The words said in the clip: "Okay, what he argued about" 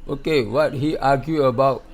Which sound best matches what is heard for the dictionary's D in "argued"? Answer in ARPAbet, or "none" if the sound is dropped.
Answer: none